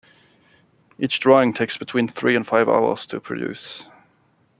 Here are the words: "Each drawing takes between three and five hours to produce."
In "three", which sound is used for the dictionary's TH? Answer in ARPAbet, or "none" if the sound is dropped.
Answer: TH